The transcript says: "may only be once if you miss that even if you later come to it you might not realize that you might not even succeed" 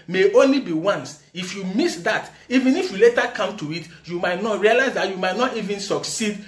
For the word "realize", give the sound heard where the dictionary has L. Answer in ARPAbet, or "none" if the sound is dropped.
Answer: L